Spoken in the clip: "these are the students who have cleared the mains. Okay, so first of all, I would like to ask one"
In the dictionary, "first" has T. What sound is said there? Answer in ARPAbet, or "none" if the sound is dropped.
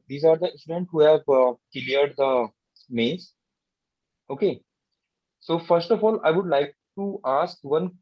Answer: T